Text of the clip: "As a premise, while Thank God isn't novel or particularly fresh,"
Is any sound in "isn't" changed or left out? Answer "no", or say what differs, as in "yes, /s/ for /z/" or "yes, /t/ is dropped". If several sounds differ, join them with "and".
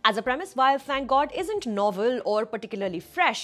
no